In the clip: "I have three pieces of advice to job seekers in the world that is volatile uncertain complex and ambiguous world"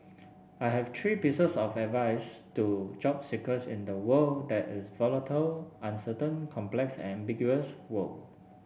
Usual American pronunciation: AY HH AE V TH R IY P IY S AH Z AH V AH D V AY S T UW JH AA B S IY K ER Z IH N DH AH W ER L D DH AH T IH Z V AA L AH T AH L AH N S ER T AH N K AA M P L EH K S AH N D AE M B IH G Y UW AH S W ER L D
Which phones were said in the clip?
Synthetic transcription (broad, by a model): AY HH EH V T R IY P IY S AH S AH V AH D V AY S T UW JH AA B S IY K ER S IH N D AH W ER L D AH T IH S V AA L AH T AH L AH N S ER T AH N K AA M P L EH K S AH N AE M B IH G Y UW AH S W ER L